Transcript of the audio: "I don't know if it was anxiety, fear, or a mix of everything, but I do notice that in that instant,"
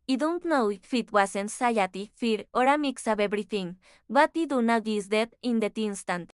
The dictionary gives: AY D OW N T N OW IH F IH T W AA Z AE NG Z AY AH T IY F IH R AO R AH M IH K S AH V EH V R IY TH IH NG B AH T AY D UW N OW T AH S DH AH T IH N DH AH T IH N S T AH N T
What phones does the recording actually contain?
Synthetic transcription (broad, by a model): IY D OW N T N OW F IH T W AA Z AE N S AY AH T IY F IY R AO R AH M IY K S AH B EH B R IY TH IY NG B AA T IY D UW N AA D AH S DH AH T IH N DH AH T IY N S T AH N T